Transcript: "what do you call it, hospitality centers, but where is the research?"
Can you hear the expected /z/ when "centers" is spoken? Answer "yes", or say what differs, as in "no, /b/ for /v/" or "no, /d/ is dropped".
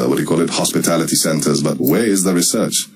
yes